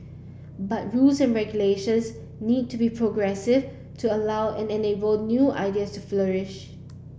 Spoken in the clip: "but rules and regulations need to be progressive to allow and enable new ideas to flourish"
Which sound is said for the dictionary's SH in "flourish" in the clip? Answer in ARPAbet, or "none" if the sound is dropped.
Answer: SH